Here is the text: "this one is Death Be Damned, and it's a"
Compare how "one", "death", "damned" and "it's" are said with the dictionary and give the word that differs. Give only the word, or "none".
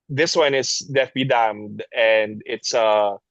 death